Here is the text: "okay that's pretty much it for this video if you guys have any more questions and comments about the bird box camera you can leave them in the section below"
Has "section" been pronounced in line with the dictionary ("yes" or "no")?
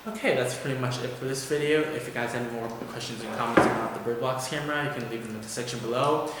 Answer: yes